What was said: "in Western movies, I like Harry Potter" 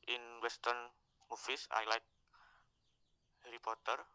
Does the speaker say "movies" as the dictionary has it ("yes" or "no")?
no